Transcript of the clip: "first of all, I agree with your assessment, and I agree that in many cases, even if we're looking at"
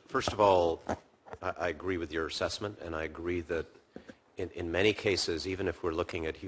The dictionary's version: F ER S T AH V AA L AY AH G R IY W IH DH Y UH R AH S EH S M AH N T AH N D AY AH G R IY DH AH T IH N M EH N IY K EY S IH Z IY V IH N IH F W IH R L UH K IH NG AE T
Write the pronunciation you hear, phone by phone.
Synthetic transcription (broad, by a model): F ER S T AH V AA L AY AH G R IY W IH DH Y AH R AH S EH S M AH N T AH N AY AH G R IY DH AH T IH N M EH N IY K EY S IH Z IY V IH N IH F W IH R L UH K IH NG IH T